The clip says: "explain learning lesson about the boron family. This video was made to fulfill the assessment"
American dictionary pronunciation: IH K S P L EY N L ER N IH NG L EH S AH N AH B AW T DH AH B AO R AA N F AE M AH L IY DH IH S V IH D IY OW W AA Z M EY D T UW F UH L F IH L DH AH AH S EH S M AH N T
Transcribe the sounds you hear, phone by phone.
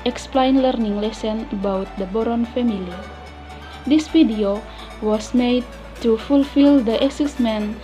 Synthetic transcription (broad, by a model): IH K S P L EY N L ER N IH NG L EH S AH N AH B AW T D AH B AO R AA N F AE M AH L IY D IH S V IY D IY OW W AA S M EY D T UW F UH L F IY L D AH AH S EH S M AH N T